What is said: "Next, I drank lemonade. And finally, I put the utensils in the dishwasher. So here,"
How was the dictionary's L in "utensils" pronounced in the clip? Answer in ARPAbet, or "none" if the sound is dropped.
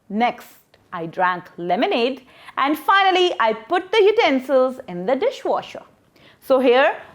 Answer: L